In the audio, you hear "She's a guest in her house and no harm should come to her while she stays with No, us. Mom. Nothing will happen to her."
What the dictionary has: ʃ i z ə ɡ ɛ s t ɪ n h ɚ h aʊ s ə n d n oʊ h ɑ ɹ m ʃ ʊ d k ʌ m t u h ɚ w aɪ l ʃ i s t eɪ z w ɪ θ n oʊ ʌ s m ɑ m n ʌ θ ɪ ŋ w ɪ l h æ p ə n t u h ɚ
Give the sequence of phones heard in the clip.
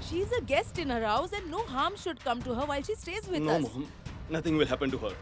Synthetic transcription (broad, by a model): ʃ i z ə ɡ ɛ s t ɪ n h ɚ h aʊ s ə n d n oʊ h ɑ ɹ m ʃ ʊ d k ʌ m t u h ɚ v aɪ l ʃ i s t eɪ z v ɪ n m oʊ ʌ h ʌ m n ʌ t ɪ ŋ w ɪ l h æ p ə n t u h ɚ